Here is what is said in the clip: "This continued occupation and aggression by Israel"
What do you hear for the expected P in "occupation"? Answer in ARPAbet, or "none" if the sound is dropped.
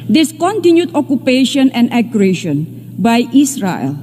P